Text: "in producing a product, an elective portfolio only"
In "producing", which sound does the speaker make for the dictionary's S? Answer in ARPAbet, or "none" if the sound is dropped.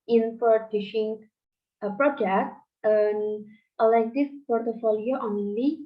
SH